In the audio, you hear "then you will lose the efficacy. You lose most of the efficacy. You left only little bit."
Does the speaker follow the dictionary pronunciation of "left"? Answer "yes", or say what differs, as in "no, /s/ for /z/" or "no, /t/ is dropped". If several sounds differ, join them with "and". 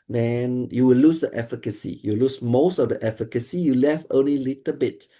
no, /t/ is dropped